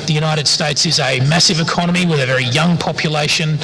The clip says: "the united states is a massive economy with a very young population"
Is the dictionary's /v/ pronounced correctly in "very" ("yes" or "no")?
yes